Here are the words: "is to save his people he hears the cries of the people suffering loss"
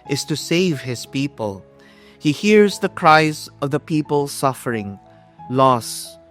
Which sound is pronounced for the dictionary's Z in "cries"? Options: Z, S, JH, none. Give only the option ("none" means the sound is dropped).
Z